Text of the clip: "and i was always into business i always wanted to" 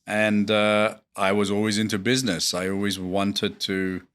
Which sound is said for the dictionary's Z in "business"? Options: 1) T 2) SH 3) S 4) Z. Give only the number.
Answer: 4